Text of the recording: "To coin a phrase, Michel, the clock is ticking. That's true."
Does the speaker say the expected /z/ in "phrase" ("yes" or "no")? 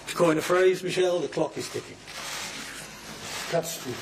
yes